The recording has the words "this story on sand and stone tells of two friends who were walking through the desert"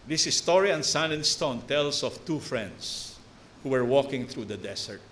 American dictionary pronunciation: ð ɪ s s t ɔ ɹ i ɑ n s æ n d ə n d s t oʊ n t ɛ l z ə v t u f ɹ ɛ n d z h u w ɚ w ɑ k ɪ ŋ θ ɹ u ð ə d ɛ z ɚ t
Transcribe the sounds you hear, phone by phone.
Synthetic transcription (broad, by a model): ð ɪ s s t ɔ ɹ i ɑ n s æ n ə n s t oʊ n t ɛ l s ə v t u f ɹ ɛ n d s h u w ɚ w ɑ k ɪ ŋ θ ɹ u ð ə d ɛ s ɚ t